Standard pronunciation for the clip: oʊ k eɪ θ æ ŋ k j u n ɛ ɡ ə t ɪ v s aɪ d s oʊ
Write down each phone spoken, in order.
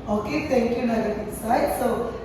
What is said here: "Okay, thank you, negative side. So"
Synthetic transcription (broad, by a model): oʊ k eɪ t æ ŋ k j u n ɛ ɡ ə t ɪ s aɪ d s oʊ